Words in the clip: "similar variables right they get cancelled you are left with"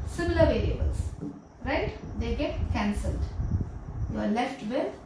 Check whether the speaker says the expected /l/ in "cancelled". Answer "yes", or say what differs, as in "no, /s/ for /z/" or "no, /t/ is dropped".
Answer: yes